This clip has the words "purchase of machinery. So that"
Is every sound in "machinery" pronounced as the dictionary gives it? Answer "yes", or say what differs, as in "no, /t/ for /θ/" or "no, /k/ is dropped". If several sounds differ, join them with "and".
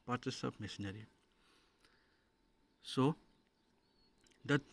no, /s/ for /ʃ/